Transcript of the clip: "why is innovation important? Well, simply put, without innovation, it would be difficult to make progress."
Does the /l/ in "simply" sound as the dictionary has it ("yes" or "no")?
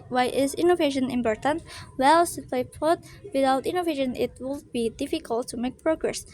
no